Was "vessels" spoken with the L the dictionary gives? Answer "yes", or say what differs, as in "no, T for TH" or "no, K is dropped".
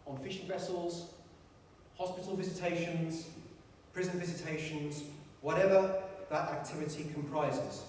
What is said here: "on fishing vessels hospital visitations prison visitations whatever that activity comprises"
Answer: yes